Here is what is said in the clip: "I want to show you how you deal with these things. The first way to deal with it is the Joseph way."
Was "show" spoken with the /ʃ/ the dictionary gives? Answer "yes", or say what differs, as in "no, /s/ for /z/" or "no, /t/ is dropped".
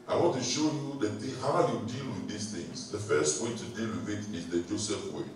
yes